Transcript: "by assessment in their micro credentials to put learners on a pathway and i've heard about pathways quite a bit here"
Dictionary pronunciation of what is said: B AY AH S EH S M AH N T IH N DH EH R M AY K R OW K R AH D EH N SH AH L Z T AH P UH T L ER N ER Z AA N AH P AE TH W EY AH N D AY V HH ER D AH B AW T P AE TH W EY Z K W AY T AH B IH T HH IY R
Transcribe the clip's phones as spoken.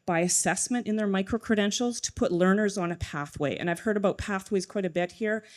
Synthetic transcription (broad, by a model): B AY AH S EH S M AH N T IH N DH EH R M AY K R OW K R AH D EH N SH L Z T AH P UH T L ER N ER Z N AH P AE TH W EY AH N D AY V HH ER D AH B AW T P AE TH W EY Z K W AY T AH B IH T HH IY R